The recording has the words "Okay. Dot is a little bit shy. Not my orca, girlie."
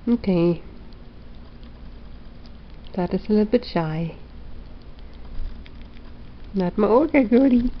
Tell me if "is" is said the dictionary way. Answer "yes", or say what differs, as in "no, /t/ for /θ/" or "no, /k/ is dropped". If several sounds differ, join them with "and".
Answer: no, /s/ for /z/